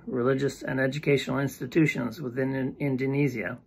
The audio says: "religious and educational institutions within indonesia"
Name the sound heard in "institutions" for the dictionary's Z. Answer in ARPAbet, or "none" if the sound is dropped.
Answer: Z